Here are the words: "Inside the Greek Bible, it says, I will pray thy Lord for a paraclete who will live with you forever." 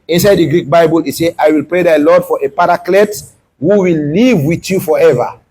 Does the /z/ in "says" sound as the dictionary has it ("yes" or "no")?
no